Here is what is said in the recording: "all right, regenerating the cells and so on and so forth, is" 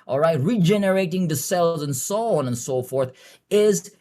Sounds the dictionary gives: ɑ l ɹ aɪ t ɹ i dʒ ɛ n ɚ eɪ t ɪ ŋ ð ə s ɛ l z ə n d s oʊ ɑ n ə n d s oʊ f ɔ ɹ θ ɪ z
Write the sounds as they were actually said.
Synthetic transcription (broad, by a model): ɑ l ɹ aɪ t ɹ i dʒ ɛ n ɚ eɪ t ɪ ŋ ð ə s ɛ l z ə n s oʊ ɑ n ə n s oʊ f ɔ ɹ θ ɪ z